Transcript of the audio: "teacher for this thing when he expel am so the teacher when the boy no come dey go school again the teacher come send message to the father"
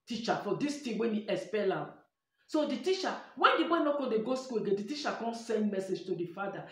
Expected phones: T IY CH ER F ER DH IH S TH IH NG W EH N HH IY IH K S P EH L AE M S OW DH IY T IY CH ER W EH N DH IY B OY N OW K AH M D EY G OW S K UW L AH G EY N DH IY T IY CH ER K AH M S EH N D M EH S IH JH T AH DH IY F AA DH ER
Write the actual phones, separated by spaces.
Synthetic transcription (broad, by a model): T IY CH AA F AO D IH S T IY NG W EH N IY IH S P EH L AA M S OW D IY T IY CH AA W EH N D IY B OY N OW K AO D EY G OW S K UW L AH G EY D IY T IY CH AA K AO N S EH N D M EH S IH JH T AH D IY F AA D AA